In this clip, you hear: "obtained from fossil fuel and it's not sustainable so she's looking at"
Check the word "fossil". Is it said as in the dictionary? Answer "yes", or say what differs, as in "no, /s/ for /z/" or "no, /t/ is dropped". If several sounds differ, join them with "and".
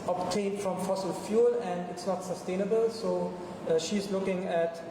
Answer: yes